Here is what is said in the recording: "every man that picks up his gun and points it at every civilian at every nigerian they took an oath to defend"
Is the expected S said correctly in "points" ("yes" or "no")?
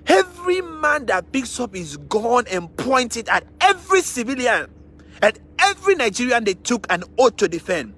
no